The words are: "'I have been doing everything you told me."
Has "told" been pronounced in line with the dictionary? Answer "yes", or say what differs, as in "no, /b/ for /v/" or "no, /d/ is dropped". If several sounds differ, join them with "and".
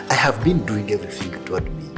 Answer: no, /l/ is dropped